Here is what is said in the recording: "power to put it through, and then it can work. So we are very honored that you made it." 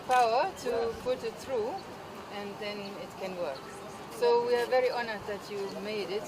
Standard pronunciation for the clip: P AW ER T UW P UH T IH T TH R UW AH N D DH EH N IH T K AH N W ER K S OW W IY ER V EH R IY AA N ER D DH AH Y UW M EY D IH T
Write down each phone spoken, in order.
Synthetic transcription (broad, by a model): P AW ER T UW P UH T IH T TH R UW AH N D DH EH N IH T K AH N W ER K S OW W IY ER V EH R IY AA N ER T DH AH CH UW M EY D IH T